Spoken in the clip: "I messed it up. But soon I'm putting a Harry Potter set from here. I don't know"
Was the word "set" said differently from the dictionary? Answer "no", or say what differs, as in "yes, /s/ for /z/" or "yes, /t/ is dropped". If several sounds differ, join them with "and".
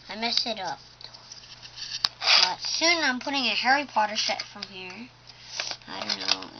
yes, /ʃ/ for /s/